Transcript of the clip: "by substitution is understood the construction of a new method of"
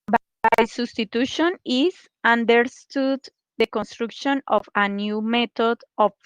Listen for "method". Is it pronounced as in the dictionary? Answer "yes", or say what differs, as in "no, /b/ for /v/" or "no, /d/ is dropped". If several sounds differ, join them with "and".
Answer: no, /t/ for /θ/